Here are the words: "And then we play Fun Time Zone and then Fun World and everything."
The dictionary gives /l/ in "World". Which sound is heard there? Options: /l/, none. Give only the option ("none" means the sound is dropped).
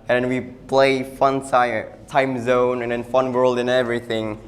/l/